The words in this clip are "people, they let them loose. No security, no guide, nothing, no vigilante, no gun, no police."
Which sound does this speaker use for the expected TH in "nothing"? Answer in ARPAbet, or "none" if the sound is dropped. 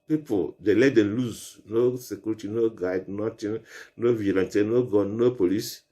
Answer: T